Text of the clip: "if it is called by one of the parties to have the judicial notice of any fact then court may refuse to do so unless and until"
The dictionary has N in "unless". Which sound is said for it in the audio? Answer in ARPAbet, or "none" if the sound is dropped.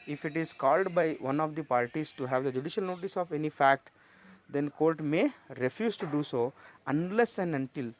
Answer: N